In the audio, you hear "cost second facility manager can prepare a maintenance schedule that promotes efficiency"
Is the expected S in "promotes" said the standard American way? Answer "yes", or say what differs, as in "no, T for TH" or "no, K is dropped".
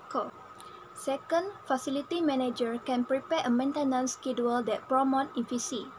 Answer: no, S is dropped